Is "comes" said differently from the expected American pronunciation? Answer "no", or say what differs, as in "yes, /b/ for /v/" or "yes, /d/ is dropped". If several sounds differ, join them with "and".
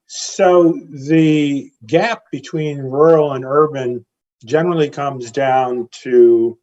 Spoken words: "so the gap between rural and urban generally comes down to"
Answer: no